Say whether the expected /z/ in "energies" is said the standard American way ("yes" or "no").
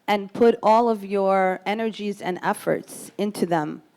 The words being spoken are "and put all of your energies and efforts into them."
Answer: yes